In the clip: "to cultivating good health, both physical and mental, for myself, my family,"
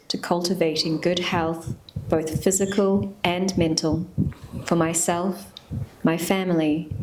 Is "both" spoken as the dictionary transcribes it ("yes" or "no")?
yes